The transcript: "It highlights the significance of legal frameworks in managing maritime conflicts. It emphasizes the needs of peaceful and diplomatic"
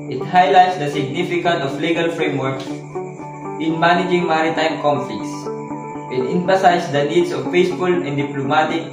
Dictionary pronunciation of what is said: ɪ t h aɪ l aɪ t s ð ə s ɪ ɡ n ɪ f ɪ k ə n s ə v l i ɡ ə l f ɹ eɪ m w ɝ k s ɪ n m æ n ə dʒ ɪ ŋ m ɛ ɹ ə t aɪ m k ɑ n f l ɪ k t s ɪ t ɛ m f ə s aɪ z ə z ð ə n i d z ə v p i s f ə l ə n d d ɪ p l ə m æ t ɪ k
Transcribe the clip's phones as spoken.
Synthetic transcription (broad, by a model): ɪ t h aɪ l aɪ t s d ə s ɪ ɡ n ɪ f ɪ k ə n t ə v l i ɡ ə l f ɹ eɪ m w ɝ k ɪ n m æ n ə dʒ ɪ ŋ m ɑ ɹ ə t aɪ m k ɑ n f l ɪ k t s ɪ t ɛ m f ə s aɪ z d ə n i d s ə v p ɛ s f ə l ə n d d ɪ p l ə m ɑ t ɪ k